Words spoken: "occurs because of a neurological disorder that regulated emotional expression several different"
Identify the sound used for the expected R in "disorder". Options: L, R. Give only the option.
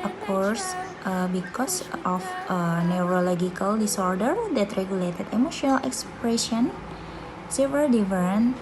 R